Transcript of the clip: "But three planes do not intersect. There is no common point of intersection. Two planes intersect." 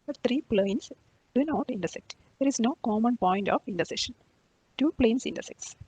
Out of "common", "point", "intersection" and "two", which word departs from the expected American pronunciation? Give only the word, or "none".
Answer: intersection